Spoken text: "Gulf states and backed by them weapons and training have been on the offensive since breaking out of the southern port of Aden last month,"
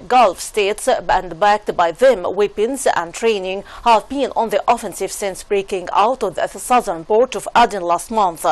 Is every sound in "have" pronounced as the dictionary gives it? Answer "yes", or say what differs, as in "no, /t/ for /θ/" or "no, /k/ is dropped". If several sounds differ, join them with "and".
yes